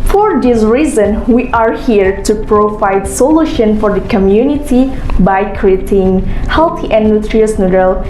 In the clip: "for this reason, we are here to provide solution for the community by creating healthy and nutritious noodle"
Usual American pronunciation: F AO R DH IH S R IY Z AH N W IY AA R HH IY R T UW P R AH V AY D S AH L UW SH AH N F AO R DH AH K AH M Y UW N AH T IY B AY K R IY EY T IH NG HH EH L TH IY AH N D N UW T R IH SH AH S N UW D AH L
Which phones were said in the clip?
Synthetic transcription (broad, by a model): F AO R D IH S R IY Z AH N W IY AA R HH IY R T UW P R AH V AY D S AH L UW SH AH N F AO R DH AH K AH M Y UW N AH T IY B AY K R IY EY T IH NG HH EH L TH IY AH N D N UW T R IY AH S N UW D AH L